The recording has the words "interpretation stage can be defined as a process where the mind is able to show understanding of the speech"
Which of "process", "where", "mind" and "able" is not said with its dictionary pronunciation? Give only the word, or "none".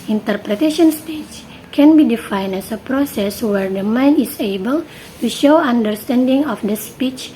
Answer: mind